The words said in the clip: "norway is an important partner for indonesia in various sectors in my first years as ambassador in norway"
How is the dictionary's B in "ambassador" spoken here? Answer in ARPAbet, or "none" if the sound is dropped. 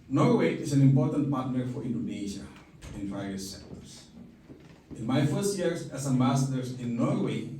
none